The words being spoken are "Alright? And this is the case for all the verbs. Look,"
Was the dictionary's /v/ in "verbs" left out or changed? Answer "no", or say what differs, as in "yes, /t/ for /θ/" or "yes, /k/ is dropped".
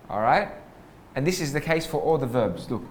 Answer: no